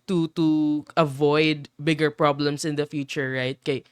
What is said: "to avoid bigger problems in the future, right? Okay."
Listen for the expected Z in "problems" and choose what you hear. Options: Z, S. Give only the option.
S